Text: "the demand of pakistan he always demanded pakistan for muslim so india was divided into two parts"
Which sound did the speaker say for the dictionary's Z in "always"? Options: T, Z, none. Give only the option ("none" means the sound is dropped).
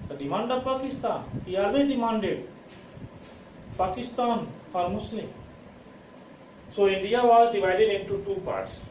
none